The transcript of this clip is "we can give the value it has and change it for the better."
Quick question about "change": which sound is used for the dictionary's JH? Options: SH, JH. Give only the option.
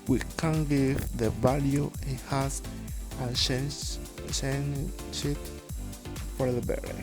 SH